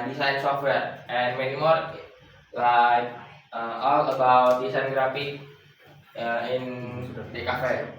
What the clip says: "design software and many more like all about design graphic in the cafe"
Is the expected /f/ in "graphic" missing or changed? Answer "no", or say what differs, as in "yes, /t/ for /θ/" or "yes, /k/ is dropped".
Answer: yes, /p/ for /f/